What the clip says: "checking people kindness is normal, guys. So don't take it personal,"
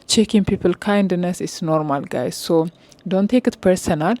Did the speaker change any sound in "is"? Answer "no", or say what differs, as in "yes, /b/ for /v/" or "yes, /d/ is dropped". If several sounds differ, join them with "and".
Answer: yes, /s/ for /z/